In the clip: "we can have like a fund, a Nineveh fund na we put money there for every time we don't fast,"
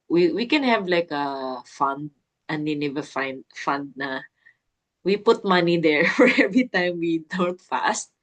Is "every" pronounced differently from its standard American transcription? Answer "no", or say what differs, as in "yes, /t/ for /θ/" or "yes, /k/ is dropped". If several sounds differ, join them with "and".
no